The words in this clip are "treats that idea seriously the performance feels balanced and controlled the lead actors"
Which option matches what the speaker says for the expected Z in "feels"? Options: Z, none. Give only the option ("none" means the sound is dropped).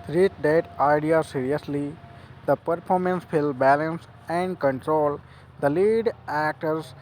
none